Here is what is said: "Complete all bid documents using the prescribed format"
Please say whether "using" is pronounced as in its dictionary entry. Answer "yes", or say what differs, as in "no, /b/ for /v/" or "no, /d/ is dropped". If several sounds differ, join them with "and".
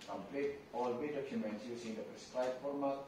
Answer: no, /s/ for /z/